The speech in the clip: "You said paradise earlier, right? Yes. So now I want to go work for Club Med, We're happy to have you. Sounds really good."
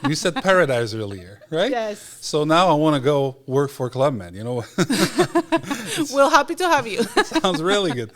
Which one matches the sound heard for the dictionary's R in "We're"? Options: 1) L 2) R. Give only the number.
1